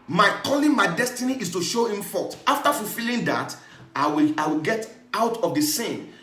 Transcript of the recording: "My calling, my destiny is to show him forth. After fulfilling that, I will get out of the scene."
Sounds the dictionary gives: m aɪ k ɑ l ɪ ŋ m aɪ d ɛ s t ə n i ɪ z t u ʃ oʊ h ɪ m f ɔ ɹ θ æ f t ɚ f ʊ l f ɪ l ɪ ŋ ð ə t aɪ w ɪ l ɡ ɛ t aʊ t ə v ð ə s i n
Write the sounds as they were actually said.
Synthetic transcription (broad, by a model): m aɪ k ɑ l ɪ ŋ m aɪ d ɛ s t ə n i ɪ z t u ʃ oʊ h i m f ɔ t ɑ f t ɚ f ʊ l f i l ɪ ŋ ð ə t aɪ w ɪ w ɡ ɛ t aʊ t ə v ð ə s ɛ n